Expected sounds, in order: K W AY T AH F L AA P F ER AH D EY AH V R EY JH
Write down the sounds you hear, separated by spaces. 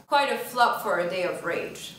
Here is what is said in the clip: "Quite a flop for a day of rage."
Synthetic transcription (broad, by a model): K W AY T AH F L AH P F ER AH D EY AH V R EY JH